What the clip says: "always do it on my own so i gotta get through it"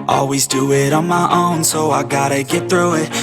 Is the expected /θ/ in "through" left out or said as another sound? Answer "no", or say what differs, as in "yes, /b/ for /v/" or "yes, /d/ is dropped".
no